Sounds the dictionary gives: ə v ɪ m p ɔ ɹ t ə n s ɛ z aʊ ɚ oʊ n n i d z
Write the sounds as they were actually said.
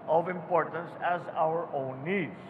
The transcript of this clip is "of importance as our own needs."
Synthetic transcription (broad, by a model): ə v ɪ m p ɔ ɹ t ə n s ɛ z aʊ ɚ oʊ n n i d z